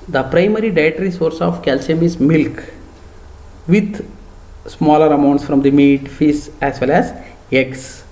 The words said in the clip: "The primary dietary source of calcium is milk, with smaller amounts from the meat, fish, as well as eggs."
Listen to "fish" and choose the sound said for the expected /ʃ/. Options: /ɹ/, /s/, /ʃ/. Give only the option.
/s/